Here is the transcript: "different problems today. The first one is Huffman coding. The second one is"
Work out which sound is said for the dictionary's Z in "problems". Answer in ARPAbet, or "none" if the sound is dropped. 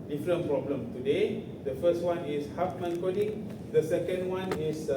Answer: none